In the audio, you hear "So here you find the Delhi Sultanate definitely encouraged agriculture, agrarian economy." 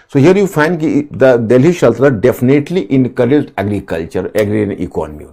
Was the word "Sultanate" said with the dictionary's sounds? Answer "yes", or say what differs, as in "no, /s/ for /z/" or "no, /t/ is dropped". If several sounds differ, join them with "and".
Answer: no, /ʃ/ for /s/